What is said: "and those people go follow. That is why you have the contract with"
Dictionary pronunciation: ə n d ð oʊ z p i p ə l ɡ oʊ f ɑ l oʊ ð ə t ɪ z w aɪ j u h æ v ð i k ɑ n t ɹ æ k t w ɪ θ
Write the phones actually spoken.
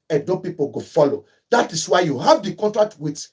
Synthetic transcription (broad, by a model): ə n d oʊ p i p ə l ɡ oʊ f ɑ l oʊ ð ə t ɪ s w aɪ j u h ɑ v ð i k ɑ n t ɹ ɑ k t w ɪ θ